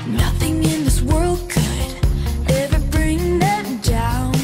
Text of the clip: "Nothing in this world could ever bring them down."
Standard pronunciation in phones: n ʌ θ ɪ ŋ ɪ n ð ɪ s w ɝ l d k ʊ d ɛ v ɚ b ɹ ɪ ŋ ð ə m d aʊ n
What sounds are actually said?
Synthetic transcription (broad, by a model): n ʌ θ ɪ ŋ ɪ n ð ɪ s w ɝ l d k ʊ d ɛ v ɚ b ɹ ɪ ŋ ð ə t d aʊ n